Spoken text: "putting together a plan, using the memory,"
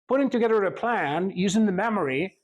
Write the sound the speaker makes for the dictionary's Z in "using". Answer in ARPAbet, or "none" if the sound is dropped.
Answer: Z